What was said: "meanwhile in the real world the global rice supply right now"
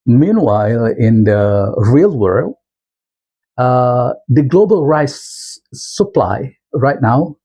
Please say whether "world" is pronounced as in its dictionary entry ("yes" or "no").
yes